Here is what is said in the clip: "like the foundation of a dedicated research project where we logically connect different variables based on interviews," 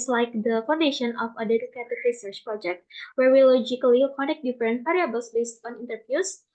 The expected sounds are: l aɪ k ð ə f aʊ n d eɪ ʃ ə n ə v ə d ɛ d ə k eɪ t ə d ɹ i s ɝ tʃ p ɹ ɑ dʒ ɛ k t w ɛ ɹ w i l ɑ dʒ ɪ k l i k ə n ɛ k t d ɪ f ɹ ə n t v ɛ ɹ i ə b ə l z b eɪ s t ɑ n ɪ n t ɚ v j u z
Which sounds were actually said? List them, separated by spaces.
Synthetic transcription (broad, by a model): l aɪ k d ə f aʊ n d eɪ ʃ ə n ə f ə d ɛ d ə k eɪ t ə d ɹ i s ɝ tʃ p ɹ ɑ dʒ ɛ k t w ɛ ɹ w i l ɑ dʒ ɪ k l i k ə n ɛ k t d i f ɹ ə n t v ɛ ɹ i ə b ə l s b eɪ s t ɑ n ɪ n t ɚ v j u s